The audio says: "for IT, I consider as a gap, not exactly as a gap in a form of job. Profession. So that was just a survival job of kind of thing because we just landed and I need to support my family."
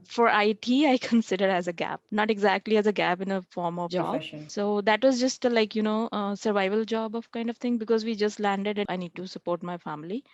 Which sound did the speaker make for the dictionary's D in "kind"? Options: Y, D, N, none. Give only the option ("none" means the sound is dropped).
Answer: D